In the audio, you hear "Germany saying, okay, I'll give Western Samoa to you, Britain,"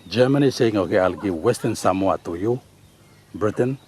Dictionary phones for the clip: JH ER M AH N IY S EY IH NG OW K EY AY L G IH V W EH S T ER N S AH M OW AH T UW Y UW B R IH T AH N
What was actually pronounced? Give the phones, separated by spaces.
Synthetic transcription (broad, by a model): JH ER M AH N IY S EY IH NG OW K EY AY L G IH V W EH S T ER N S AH M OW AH T UW Y UW B R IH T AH N